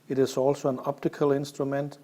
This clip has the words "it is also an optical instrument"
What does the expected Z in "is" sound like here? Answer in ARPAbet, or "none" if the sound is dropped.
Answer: S